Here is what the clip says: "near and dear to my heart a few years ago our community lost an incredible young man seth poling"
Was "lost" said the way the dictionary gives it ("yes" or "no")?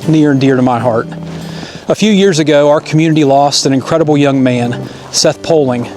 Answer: yes